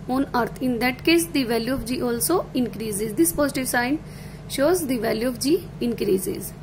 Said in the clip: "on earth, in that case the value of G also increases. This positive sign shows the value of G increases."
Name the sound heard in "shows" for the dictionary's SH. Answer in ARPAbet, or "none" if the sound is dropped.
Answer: SH